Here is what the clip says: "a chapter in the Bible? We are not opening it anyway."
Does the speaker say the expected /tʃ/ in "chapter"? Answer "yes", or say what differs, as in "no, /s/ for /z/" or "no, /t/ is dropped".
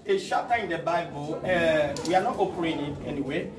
no, /ʃ/ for /tʃ/